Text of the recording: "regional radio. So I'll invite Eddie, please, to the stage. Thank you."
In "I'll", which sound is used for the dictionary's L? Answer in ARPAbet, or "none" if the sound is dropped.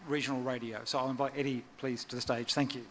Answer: L